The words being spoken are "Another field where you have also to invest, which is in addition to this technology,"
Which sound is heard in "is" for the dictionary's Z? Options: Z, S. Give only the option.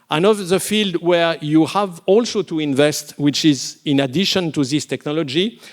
Z